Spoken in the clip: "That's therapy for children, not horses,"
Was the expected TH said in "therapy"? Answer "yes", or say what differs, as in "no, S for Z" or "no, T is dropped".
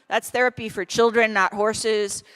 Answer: yes